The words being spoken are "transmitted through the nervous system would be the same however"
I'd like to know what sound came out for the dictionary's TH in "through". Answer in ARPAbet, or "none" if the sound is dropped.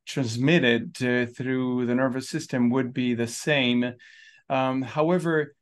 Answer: TH